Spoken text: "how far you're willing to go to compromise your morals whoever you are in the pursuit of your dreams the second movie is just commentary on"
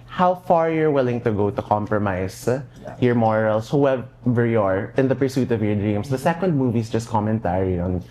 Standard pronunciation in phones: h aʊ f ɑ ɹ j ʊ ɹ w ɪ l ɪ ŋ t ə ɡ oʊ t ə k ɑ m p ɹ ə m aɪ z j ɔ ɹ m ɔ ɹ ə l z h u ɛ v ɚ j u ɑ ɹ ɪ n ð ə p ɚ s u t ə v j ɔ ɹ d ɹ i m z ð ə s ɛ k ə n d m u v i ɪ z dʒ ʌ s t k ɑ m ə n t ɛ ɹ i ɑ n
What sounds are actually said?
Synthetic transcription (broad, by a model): h aʊ f ɑ ɹ j ʊ ɹ w ɪ l ɪ ŋ t ə ɡ oʊ t ə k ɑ m p ɹ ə m aɪ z j ɔ ɹ m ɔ ɹ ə l s h u ɛ v ɚ j u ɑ ɹ ɪ n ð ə p ɚ s u t ə v j ɔ ɹ d ɹ i m s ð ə s ɛ k ə n d m u v i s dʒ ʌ s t k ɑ m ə n t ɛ ɹ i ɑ n